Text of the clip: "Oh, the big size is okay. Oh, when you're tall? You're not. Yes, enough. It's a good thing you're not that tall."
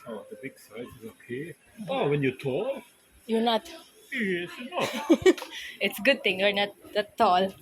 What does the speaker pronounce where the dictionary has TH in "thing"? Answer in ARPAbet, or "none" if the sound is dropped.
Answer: T